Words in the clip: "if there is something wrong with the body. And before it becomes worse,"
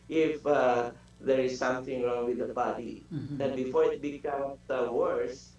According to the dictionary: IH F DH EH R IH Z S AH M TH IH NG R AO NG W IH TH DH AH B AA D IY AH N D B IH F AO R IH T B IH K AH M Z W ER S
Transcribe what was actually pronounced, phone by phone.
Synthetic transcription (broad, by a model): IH F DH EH R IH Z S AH M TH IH NG R AO NG W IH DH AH B AA D IY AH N B IH F AO R IH T B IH K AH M S W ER S